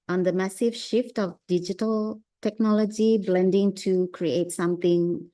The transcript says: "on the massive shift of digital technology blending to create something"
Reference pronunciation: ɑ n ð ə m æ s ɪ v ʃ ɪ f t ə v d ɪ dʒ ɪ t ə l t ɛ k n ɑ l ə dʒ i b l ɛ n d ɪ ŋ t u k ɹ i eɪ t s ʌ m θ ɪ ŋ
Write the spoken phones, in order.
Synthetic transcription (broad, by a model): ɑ n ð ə m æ s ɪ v ʃ ɪ f t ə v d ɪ dʒ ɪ t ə l t ɛ k n ɑ l ə dʒ i b l ɛ n d ɪ ŋ t u k ɹ i eɪ t s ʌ m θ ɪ ŋ